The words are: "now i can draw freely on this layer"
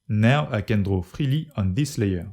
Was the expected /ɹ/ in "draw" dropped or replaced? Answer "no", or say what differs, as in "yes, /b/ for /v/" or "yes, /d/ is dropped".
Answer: no